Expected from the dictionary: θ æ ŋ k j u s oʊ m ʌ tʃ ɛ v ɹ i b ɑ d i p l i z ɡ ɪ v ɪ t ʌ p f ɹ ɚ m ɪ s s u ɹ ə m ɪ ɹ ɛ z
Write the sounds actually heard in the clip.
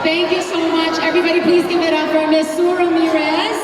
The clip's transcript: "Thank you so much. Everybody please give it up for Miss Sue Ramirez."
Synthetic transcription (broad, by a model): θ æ ŋ k j u s oʊ m ʌ tʃ ɛ v ɹ i b ɑ d i p l i z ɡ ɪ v ɪ t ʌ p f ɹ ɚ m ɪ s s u ɹ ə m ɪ ɹ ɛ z